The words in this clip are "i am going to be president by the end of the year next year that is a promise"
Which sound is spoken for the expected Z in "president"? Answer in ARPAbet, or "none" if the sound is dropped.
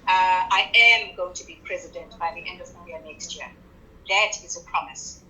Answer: Z